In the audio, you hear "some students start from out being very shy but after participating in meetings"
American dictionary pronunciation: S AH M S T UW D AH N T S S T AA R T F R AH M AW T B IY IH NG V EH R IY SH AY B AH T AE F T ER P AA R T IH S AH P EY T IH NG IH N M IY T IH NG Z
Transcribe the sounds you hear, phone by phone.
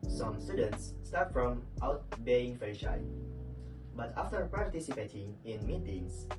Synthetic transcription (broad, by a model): S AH M S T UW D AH N T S S T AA R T F R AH M AW T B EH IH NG F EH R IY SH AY B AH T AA F T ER P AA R T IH S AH P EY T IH NG IH N M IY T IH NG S